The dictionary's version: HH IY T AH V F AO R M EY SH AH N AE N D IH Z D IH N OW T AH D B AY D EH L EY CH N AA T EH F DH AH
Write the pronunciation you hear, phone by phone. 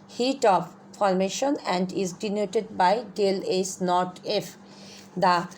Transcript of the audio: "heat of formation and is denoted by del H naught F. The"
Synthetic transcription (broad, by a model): HH IY T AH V F AO R M EY SH AH N AE N D IH Z D IH N OW T AH D B AY D EH L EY S N AA T EH F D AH